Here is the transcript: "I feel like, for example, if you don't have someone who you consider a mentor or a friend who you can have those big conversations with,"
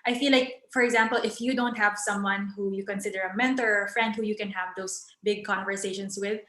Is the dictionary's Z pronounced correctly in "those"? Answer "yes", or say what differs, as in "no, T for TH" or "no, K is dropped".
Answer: no, S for Z